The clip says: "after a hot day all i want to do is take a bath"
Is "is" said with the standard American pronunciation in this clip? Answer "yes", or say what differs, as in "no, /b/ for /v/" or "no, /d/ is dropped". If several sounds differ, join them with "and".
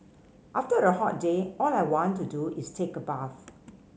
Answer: no, /s/ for /z/